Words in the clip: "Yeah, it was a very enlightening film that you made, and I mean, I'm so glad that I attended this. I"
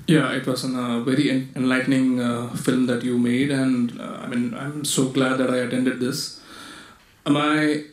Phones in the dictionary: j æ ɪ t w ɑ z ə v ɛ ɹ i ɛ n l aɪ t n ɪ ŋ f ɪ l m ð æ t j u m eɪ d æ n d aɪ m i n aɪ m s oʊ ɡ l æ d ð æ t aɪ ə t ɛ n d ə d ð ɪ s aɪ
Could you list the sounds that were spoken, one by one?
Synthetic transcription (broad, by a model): j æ ɪ t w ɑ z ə v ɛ ɹ i ɛ n l aɪ t n ɪ ŋ f ɪ l m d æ t j u m eɪ d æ n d aɪ m i n aɪ m s oʊ ɡ l æ d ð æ t aɪ ə t ɛ n d ə d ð ɪ s aɪ